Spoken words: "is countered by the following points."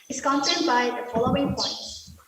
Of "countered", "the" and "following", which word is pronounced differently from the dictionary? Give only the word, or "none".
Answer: countered